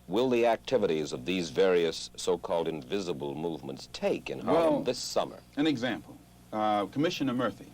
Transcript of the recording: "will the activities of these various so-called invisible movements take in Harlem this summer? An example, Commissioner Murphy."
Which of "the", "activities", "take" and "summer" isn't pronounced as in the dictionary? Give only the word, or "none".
none